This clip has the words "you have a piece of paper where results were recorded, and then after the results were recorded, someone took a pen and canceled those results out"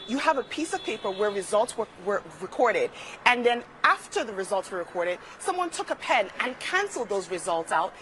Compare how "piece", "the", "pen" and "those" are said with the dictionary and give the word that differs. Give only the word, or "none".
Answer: none